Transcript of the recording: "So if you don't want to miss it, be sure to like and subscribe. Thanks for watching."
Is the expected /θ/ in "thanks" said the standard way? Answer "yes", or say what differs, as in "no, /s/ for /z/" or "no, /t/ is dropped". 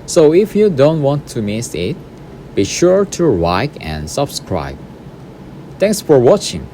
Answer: no, /t/ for /θ/